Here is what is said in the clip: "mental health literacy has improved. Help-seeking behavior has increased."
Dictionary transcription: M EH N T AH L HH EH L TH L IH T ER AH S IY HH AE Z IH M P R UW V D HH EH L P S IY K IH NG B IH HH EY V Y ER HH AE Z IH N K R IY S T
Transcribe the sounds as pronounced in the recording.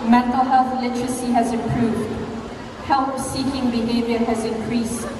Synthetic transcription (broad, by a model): M EH N T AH L HH EH L TH L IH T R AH S IY HH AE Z IH M P R UW V D HH EH L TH S IY K IH NG B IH HH EY V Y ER HH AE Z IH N K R IY S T